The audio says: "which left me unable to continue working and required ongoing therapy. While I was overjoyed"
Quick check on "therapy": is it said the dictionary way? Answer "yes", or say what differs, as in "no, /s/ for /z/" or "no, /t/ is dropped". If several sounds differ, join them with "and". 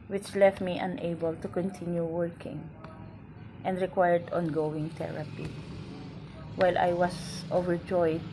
no, /t/ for /θ/